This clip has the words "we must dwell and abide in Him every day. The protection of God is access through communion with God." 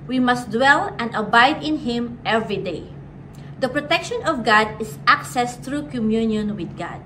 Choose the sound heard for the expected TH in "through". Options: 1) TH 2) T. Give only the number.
2